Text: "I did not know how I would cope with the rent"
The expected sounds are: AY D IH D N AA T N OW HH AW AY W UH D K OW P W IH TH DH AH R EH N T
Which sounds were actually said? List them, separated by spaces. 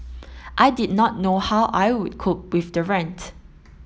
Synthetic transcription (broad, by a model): AY D IH D N AA T N OW HH AW AY W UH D K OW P W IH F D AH R EH N T